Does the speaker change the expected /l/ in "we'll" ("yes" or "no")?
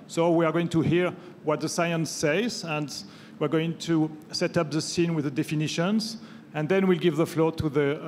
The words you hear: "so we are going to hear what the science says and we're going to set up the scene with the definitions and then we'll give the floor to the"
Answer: no